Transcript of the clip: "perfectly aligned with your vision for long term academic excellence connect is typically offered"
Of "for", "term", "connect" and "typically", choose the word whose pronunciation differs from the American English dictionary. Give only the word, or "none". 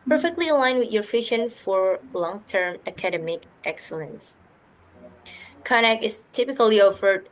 connect